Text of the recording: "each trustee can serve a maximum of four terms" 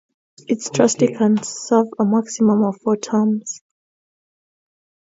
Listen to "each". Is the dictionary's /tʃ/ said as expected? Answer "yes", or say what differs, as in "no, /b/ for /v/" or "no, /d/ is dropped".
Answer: no, /s/ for /tʃ/